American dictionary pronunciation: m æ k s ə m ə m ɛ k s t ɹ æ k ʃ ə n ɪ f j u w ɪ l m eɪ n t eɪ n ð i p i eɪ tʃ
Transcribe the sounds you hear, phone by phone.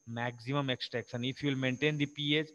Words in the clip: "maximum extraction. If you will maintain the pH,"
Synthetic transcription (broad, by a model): m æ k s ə m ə m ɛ k s t ɛ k s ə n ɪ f j u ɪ l m eɪ n t eɪ n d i p i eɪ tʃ